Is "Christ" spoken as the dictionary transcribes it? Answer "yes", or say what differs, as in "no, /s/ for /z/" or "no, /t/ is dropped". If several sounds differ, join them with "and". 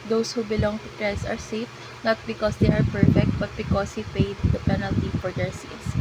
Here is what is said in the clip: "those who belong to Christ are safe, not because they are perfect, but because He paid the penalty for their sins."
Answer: no, /ɹ/ is dropped